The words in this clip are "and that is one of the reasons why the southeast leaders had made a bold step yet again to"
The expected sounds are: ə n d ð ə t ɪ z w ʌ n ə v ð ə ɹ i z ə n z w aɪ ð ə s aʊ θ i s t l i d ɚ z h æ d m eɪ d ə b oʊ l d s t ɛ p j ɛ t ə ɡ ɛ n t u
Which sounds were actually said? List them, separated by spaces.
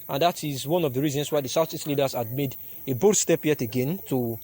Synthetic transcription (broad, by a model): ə n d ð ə t ɪ z w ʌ n ə v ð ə ɹ i z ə n s w aɪ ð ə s aʊ s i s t l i d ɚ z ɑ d m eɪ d ə b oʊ d s t ɛ p j ɛ t ə ɡ ɛ n t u